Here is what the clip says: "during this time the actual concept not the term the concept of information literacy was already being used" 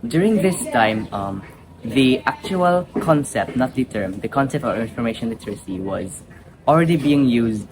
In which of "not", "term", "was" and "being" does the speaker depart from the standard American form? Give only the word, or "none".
none